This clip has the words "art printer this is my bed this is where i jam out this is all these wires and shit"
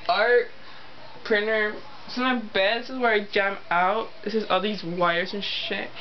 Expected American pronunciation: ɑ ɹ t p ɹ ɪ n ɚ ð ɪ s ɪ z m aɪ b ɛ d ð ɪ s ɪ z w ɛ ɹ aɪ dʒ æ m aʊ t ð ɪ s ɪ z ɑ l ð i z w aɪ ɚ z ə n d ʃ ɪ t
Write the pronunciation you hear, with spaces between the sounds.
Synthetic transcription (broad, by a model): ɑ ɹ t p ɹ ɪ n ɚ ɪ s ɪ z m aɪ b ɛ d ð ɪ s ɪ z w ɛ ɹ aɪ dʒ æ m aʊ t ð ɪ s ɪ z ɑ l ð i z w aɪ ɚ z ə n ʃ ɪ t